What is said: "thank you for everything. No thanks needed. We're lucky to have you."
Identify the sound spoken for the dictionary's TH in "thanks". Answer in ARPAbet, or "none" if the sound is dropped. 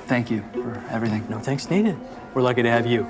TH